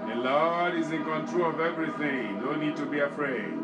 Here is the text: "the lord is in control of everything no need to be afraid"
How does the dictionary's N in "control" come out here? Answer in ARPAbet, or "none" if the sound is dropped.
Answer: N